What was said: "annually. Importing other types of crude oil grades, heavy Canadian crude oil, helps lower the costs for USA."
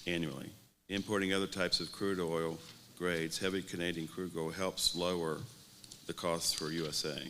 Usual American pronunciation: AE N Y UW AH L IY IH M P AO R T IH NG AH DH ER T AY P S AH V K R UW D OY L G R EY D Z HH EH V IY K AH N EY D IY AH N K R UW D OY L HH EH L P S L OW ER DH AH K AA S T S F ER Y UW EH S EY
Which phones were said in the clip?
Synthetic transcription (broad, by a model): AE N Y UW L IY IH M P AO R T IH NG AH DH ER T AY P S AH V K R UW D OY L G R EY D Z HH EH V IY K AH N EY D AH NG K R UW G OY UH HH EH L P S L OW ER DH AH K AA S T S F ER Y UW EH S EY